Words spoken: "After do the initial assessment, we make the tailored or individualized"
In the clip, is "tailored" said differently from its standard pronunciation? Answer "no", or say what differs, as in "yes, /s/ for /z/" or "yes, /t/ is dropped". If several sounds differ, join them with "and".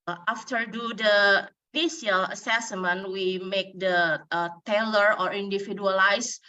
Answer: yes, /d/ is dropped